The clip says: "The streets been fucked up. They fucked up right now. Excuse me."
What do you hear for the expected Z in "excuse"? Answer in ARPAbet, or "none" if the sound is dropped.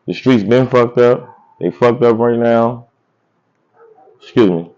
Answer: Z